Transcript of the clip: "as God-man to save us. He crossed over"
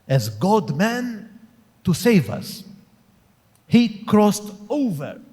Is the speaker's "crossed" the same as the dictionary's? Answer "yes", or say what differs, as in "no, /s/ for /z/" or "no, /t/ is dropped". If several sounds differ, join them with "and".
yes